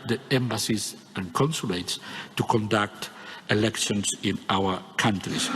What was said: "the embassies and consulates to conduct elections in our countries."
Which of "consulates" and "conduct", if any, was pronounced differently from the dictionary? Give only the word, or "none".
none